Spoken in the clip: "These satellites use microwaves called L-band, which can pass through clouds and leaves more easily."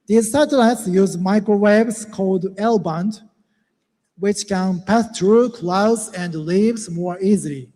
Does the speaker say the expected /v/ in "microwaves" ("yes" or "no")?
no